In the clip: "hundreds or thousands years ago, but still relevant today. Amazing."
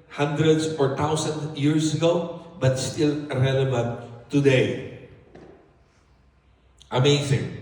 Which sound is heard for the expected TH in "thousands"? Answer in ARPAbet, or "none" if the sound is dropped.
T